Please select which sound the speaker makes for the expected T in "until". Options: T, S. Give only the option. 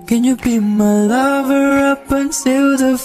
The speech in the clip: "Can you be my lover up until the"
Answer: S